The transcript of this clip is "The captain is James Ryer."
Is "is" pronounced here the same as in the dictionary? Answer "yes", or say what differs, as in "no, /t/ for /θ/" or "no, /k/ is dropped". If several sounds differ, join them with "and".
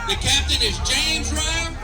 yes